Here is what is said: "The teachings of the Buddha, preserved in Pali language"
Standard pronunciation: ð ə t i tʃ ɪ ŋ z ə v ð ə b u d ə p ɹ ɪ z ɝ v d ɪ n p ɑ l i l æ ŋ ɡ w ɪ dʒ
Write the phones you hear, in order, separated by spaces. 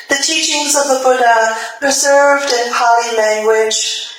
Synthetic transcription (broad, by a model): ð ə t i tʃ ɪ ŋ z ə v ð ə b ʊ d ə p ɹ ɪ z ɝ v d ɪ n p ɑ l i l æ ŋ ɡ w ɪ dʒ